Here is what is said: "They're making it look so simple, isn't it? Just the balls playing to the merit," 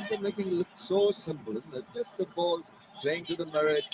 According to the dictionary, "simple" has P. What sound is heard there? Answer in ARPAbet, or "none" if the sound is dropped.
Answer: P